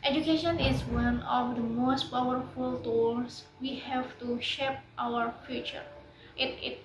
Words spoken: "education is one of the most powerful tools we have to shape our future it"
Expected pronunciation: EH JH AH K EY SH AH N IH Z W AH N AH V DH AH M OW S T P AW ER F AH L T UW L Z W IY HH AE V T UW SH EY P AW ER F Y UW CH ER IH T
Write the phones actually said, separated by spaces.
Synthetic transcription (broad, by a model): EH JH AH K EY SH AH N IH Z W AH N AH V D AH M OW S T P AW ER F AH L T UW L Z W IY HH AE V T UW SH EY P AW ER F Y UW CH ER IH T